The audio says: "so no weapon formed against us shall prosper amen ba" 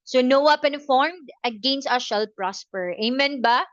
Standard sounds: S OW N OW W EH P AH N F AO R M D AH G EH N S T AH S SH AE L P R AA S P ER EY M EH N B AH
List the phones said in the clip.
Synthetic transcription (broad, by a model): S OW N OW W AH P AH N F AO R M D AH G EH N S T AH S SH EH L P R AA S P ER EY M EH N B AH